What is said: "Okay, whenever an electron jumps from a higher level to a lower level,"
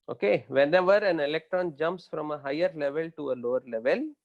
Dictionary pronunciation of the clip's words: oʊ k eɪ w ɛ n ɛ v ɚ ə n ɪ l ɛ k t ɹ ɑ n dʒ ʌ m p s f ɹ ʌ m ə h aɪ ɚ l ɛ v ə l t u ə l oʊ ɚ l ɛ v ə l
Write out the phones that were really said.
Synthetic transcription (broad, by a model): oʊ k eɪ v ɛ n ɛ v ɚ ə n ɪ l ɛ k t ɹ ɑ n dʒ ʌ m p s f ɹ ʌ m ə h aɪ ɚ l ɛ v ə l t u ə l oʊ ɚ l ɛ v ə l